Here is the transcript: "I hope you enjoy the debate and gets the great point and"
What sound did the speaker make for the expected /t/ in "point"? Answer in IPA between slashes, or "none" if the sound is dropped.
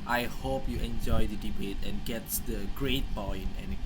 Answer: none